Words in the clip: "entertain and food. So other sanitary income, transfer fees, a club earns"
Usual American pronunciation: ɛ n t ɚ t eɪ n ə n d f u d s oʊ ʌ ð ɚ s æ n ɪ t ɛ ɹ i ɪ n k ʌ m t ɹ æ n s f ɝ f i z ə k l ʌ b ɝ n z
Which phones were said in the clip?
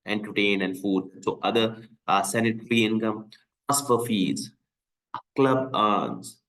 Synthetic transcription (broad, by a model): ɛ n t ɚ t eɪ n ə n d f u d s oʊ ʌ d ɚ s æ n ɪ t ɹ i ɪ n k ʌ m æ s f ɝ f i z k l ʌ b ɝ n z